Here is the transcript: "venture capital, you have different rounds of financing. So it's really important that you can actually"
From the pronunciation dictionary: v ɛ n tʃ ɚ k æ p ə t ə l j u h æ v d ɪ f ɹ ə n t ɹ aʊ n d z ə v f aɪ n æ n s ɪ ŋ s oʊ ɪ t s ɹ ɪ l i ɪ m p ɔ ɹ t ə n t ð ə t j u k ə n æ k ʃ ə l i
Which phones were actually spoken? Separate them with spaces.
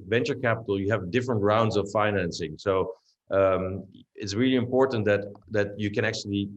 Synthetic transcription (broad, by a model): v ɛ n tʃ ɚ k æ p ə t l j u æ v d ɪ f ɹ ə n t ɹ aʊ n d z ə v f aɪ n æ n s ɪ ŋ s oʊ ɪ t s ɹ ɪ l i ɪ m p ɔ ɹ t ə n t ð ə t j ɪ k ə n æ k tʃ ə l i